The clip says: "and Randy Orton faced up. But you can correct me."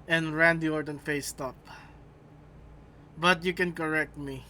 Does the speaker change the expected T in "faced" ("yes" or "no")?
no